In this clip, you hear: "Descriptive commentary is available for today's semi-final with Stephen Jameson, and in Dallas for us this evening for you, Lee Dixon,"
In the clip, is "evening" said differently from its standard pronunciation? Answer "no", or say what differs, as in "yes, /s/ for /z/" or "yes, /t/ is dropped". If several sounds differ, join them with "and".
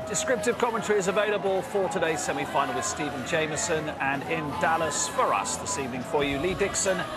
no